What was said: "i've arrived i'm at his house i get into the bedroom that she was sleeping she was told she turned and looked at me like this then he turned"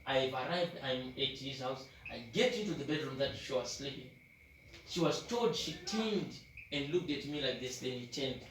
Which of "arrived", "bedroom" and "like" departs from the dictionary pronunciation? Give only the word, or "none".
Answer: none